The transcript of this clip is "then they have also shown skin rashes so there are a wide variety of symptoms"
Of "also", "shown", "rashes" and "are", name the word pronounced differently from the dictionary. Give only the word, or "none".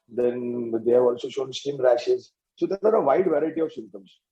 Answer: none